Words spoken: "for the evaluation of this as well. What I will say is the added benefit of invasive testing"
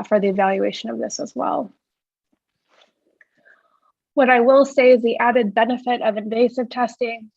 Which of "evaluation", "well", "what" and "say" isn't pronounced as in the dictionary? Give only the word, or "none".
none